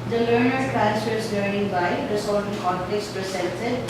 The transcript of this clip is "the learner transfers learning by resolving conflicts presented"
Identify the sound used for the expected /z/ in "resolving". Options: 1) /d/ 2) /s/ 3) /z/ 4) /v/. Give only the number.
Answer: 2